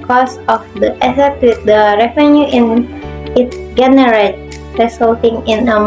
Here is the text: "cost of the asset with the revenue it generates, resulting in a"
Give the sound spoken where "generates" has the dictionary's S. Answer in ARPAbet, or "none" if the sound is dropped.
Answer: none